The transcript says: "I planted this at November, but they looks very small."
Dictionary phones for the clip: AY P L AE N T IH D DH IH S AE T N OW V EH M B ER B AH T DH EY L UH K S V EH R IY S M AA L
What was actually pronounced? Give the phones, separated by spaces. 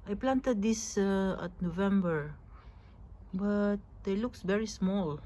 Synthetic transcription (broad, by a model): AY P L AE N T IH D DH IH S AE T N OW V EH M B ER B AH T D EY L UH K S V EH R IY S M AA L